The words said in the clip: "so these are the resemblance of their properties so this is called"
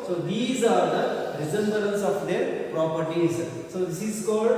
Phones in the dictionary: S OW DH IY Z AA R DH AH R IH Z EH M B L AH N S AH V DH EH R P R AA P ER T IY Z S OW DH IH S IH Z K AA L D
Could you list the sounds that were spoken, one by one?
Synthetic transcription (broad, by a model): S OW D IY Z AA R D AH R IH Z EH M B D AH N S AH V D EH R P R AA P ER T IY Z S OW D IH S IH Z K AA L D